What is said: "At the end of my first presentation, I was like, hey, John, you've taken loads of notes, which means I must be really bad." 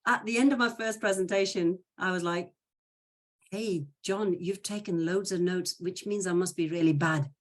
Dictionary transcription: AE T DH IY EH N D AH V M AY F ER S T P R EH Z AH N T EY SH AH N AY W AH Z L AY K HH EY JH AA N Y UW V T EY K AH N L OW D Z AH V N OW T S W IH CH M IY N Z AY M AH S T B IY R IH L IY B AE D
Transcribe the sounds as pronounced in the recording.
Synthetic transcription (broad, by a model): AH T DH IY EH N D AH V M AY F ER S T P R EH Z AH N T EY SH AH N AY W AH Z L AY K HH EY JH AA N Y UW V T EY K AH N L OW D Z AH V N OW T S W IH CH M IY N Z AY M AH S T B IY R IH L IY B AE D